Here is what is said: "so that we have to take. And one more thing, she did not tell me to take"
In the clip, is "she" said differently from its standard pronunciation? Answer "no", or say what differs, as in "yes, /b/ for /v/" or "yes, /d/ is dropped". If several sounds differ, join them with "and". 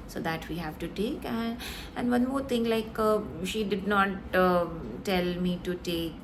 no